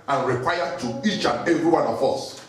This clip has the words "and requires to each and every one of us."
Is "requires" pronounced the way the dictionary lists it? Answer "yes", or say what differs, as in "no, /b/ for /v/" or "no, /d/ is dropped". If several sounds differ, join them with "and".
no, /z/ is dropped